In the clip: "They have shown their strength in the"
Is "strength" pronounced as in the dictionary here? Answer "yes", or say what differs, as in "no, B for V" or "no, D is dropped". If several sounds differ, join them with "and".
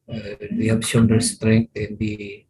no, T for TH